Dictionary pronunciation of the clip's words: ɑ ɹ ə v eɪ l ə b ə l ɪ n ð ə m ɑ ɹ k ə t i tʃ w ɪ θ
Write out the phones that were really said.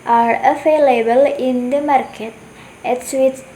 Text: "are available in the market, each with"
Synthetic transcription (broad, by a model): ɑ ɹ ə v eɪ l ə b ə l ɪ n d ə m ɑ ɹ k ə t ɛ s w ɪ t